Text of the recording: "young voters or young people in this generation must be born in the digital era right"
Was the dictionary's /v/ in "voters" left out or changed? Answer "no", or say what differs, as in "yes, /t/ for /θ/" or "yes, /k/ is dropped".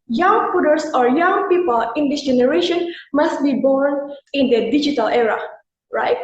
yes, /p/ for /v/